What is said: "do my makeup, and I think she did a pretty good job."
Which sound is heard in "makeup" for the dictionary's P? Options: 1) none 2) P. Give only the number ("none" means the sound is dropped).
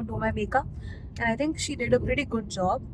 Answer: 1